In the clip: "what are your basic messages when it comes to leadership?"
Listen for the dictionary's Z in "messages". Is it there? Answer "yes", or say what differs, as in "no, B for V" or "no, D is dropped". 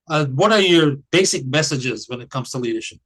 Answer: yes